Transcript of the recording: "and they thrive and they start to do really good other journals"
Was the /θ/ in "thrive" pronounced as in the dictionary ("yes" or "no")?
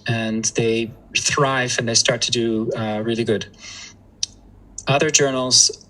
yes